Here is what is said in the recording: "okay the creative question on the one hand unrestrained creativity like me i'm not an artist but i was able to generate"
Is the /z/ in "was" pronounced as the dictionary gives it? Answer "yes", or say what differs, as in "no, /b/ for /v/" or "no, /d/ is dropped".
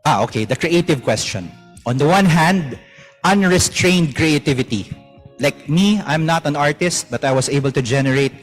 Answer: no, /s/ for /z/